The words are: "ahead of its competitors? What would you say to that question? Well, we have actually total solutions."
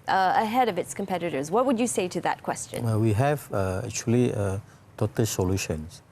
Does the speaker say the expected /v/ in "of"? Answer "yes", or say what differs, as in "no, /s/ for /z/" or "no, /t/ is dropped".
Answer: yes